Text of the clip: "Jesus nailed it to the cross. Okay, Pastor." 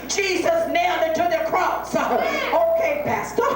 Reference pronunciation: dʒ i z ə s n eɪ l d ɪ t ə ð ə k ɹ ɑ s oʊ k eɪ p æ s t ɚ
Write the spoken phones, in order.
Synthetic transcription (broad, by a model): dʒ i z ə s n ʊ n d ɪ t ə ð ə k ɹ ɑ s oʊ k eɪ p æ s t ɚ